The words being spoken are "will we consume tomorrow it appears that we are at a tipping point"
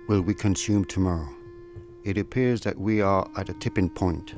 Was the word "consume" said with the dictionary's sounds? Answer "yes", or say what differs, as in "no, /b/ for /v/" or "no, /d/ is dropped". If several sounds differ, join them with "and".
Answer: yes